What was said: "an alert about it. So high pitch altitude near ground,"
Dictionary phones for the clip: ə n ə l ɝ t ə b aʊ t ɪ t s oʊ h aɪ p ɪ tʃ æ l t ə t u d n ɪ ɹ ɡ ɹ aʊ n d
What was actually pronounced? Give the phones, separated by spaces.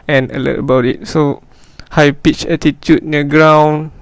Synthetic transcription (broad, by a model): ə n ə l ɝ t ə b aʊ t ɪ t s oʊ h aɪ p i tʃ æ t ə t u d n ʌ ɡ ɹ aʊ n